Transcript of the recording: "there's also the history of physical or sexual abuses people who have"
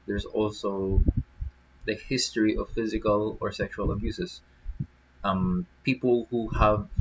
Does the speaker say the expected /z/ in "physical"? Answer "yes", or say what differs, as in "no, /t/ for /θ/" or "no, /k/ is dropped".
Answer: yes